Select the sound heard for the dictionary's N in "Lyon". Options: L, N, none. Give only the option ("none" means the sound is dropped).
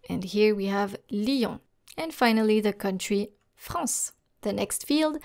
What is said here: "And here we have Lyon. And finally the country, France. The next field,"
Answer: none